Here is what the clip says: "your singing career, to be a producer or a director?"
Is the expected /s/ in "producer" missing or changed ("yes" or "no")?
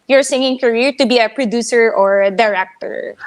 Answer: no